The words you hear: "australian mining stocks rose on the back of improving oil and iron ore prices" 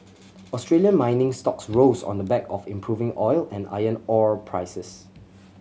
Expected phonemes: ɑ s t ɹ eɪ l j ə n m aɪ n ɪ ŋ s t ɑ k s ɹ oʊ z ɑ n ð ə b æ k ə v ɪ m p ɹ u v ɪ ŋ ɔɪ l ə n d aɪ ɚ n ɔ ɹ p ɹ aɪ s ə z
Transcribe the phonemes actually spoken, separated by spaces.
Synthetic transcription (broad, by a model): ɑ s t ɹ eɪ l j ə n m aɪ n ɪ ŋ s t ɑ k s ɹ oʊ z ɑ n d ə b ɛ k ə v ɪ m p ɹ u v ɪ ŋ ɔɪ l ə n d aɪ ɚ n ɔ ɹ p ɹ aɪ s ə s